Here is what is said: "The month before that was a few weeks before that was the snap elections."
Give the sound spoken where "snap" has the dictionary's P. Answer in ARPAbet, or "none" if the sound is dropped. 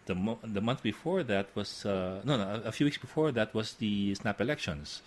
P